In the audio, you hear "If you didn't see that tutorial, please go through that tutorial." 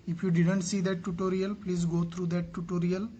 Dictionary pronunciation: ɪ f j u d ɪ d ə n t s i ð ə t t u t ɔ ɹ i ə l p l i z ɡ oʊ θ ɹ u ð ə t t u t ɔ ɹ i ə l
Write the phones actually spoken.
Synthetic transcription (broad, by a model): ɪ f j u d ɪ d ə n t s i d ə t t u t ɔ ɹ i ə l p l i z ɡ oʊ t ɹ u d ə t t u t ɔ ɹ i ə l